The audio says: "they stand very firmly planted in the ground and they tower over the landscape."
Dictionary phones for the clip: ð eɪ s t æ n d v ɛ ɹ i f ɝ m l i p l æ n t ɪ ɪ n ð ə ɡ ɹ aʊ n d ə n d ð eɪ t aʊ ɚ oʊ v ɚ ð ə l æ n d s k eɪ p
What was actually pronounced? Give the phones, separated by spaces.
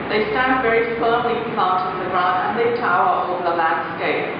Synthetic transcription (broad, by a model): ð eɪ s t æ n d v ɛ ɹ i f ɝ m l i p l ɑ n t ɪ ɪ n ð ə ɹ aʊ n ə n ð eɪ t aʊ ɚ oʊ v ð ə l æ n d s k eɪ p